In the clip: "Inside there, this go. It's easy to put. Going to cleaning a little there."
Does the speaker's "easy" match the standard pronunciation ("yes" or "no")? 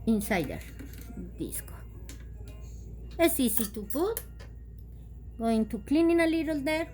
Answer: no